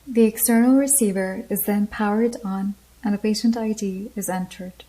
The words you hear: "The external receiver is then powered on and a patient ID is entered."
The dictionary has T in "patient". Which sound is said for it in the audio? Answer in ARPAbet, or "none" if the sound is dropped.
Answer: T